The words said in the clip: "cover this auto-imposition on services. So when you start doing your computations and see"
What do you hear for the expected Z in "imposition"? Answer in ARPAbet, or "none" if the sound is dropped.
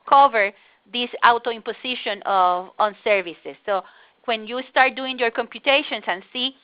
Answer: S